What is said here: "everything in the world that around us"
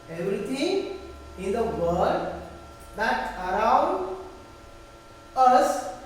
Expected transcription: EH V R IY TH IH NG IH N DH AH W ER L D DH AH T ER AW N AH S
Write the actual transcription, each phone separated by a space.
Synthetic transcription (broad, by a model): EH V R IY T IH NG IH N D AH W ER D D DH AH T ER AW N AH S